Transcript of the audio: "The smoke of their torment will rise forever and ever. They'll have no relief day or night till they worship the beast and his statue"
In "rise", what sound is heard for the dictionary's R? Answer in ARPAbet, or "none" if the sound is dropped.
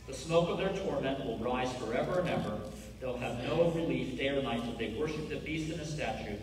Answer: R